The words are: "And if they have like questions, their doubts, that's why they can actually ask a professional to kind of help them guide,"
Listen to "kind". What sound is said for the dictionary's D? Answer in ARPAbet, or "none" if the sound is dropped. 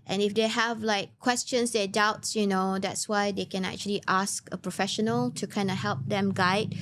D